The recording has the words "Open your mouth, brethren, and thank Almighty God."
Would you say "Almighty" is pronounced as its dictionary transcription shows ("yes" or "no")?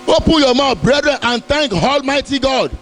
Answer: yes